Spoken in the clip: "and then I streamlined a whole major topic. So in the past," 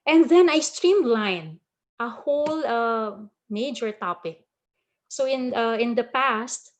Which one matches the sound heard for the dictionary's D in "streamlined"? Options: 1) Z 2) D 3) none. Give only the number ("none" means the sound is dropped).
3